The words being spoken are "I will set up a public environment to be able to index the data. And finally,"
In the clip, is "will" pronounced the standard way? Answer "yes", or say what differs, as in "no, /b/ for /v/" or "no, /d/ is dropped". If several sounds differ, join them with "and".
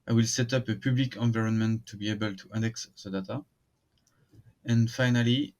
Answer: yes